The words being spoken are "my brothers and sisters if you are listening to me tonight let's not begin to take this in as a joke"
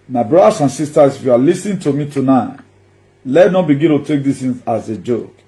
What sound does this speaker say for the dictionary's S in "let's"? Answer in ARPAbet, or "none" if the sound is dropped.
none